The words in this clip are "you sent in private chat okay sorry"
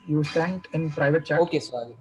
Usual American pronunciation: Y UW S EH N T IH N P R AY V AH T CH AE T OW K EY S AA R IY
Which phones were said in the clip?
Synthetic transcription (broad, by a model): Y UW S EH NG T IH N P R AY V AH T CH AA OW K EY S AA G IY